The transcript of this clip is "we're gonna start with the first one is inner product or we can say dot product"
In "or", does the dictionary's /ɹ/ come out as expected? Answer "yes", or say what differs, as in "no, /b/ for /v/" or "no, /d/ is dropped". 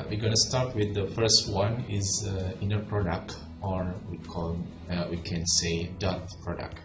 yes